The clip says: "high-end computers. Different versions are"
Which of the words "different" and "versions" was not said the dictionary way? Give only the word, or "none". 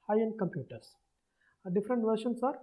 versions